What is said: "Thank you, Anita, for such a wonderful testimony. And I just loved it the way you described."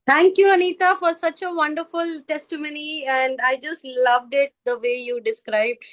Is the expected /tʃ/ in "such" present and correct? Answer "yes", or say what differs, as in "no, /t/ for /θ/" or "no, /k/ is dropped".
yes